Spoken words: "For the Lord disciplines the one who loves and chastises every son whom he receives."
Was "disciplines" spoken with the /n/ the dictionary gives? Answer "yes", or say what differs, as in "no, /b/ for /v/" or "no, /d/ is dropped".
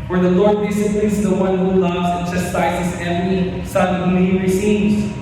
no, /n/ is dropped